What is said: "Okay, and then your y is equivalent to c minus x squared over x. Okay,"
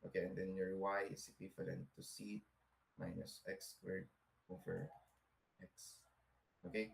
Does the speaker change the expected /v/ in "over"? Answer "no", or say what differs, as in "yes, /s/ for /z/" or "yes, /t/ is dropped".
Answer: yes, /f/ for /v/